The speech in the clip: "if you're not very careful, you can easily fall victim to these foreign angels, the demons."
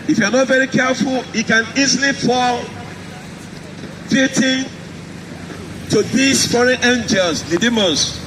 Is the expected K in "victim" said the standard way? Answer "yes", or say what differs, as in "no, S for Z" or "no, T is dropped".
no, K is dropped